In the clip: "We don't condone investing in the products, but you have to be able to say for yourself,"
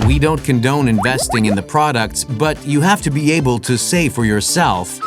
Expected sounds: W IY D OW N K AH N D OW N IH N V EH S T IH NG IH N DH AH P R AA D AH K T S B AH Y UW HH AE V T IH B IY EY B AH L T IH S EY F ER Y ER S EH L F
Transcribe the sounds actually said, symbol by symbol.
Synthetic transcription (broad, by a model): W IY D OW N K AH N D OW N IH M V EH S T IH NG IH N DH AH P R AA D AH K T S B AH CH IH HH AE F T IH B IY EY B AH L T IH S EY F ER Y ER S EH L F